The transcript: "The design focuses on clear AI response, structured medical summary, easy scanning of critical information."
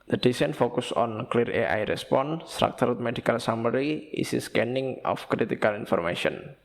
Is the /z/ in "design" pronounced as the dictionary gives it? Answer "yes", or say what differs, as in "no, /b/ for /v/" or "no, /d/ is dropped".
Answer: no, /s/ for /z/